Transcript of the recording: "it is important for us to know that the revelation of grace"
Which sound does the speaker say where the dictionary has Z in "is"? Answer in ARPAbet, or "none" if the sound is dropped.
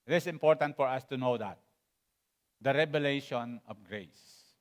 S